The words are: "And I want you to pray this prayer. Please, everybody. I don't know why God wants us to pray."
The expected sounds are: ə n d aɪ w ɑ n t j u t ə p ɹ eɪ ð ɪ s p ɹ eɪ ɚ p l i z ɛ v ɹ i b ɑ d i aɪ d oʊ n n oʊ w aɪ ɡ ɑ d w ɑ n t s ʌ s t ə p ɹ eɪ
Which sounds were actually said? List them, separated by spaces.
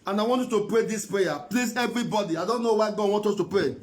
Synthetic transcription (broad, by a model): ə n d aɪ w ɑ n t j u t ə p ɹ eɪ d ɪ s p ɹ eɪ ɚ p l i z ɛ v ɹ i b ɑ d i aɪ d oʊ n n oʊ w aɪ ɡ ɑ d w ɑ n t ɔ s t ə p ɹ eɪ